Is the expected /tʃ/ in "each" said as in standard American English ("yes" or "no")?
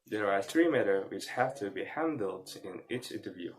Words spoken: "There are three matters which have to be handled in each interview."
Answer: no